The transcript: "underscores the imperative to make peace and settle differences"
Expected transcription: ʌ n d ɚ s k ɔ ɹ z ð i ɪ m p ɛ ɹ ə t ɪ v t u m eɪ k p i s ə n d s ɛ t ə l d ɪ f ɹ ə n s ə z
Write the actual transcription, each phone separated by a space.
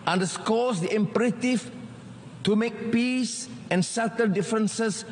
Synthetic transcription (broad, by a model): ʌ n d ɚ s k ɔ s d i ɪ m p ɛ ɹ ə t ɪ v t u m eɪ k p i s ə n s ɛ t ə n d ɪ f ɹ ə n s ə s